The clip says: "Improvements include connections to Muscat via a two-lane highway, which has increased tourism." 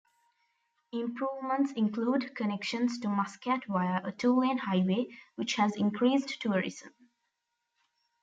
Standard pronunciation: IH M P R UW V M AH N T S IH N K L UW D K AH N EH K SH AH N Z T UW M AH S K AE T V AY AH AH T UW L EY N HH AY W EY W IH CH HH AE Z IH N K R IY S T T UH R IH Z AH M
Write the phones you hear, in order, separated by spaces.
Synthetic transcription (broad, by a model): IH M P R UW V M AH N T S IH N K L UW D K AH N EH K SH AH N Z T UW M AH S K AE T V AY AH AH T UW W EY N HH AY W EY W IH CH HH AE Z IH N K R IY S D T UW R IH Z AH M